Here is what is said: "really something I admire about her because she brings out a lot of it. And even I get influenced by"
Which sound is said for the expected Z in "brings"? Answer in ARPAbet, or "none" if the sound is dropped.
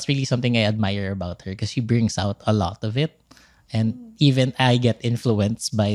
S